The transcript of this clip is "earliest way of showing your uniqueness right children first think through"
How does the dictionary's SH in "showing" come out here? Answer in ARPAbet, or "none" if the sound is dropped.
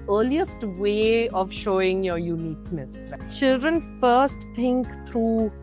SH